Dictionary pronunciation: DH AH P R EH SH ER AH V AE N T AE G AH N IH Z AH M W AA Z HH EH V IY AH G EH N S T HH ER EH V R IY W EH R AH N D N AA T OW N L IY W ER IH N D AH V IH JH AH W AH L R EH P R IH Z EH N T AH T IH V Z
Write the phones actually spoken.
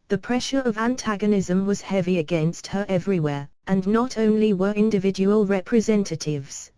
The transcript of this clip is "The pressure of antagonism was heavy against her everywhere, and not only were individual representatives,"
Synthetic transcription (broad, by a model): DH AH P R EH SH ER AH V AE N T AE G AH N IH Z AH M W AA Z HH EH V IY AH G EH N S T HH ER EH V R IY W EH R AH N N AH T OW N L IY W ER IH N D AH V IH JH AH W AH L R EH P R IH Z EH N T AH T IH V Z